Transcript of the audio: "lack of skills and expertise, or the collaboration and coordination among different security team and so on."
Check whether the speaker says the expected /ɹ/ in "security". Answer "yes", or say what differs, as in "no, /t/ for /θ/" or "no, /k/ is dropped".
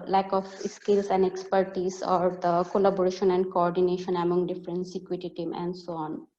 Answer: no, /ɹ/ is dropped